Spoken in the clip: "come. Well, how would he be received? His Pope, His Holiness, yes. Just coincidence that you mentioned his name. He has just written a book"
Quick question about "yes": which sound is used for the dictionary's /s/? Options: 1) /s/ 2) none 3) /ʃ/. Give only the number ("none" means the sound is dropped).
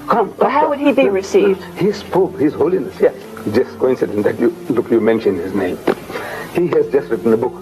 2